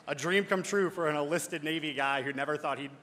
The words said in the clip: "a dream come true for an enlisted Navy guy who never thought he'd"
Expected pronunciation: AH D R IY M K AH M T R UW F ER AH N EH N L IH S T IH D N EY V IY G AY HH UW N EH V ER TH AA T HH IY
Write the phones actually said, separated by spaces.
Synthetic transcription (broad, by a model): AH D R IY M K AH M T R UW F ER AH N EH L IH S T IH D N EY V IY G AY HH UW N EH V ER TH AA T HH IY